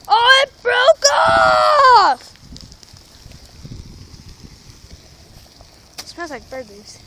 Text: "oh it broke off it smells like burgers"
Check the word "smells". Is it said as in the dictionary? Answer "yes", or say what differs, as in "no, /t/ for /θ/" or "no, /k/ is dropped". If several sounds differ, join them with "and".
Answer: no, /m/ is dropped and /n/ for /l/